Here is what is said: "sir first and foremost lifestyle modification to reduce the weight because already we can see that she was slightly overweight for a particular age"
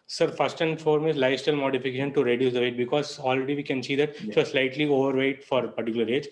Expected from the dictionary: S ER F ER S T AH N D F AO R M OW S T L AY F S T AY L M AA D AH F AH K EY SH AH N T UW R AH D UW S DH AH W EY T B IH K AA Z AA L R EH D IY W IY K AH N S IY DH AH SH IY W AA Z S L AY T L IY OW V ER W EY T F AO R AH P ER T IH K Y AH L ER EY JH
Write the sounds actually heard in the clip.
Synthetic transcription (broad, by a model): S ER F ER S T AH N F AO R M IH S L AY S T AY L M AA D AH F AH K EY SH AH N T UW R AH D UW S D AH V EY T B IH K AA Z AA L R EH D IY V IY K AH N S IY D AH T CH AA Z S L AY T L IY OW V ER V EY T F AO R AH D T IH K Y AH L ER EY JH